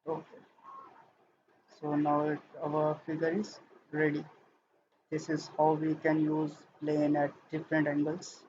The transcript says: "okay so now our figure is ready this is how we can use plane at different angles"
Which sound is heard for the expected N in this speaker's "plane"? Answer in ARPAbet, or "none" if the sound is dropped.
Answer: N